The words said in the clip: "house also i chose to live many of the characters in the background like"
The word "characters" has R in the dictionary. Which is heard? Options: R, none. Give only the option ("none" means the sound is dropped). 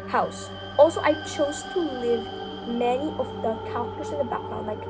none